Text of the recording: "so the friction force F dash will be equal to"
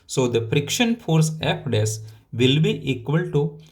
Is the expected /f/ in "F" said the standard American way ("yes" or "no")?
no